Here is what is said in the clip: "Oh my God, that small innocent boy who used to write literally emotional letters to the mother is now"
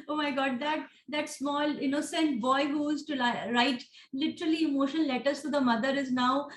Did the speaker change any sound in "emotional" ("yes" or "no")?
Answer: yes